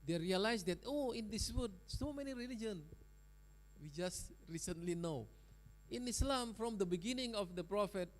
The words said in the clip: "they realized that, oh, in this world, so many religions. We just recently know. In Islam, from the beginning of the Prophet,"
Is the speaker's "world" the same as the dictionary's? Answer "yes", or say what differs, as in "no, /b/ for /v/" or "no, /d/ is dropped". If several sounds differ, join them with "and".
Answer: no, /l/ is dropped